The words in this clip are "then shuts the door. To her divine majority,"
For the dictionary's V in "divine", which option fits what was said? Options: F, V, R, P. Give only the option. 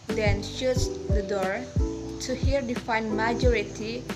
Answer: F